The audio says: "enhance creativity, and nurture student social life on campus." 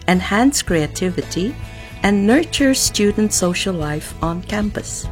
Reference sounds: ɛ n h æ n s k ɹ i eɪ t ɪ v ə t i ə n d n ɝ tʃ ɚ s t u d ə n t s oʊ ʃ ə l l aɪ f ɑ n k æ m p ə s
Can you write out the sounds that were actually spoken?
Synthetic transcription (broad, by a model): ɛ n h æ n s k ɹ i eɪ t ɪ v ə t i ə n n ɝ tʃ ɚ s t u d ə n t s oʊ ʃ ə l l aɪ f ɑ n k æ m p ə s